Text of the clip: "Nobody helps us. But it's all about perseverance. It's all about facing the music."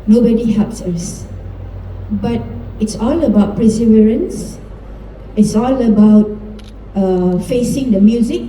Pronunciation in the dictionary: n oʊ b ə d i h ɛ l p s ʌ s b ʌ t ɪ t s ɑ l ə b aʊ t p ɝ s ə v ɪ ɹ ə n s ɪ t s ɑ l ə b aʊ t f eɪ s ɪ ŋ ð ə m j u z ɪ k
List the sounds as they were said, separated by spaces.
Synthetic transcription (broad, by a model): n oʊ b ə d i h ɛ l p s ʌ s b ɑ t ɪ t s ɑ l ə b aʊ t p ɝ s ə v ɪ ɹ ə n s ɪ t s ɑ l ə b aʊ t f eɪ s ɪ ŋ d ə m j u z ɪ k